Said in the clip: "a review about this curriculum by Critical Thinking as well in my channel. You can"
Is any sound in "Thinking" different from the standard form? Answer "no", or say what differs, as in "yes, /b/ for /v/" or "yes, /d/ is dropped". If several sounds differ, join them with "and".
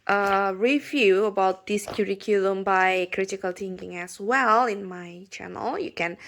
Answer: yes, /t/ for /θ/